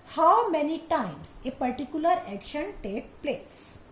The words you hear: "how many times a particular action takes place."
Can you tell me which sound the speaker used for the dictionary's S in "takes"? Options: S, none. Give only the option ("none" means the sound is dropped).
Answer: none